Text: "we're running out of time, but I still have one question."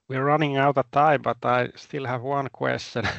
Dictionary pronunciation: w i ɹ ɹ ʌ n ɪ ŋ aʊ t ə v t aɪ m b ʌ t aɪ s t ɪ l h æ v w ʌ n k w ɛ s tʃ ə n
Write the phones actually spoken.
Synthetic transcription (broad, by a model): w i ɹ ɹ ʌ n ɪ ŋ aʊ t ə t aɪ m b ʌ t aɪ s t ɪ l h æ v w ʌ n k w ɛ s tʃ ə n